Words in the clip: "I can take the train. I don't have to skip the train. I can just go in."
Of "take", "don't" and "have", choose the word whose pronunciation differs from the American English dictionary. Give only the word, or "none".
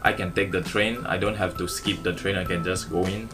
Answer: have